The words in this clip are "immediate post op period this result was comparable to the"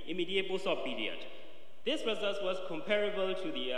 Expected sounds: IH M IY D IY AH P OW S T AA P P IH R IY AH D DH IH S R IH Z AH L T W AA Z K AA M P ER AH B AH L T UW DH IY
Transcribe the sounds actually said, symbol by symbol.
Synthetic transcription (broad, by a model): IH M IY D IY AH B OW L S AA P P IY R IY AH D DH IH S R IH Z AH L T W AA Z K AA M P ER AH B AH L T UW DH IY